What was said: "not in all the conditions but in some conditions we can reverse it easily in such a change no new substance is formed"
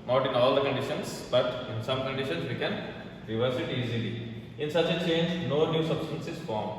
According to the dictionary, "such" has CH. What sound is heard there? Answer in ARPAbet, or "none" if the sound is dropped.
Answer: CH